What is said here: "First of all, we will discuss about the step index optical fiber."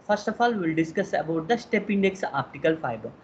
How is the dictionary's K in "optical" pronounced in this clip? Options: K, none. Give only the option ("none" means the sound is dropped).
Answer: K